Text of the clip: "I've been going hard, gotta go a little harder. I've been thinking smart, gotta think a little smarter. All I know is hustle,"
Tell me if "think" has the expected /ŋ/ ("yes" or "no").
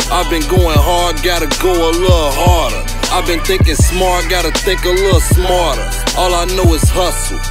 no